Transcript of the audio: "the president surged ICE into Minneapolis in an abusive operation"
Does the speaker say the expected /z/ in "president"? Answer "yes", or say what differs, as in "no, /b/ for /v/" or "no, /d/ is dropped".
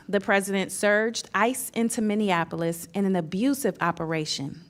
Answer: yes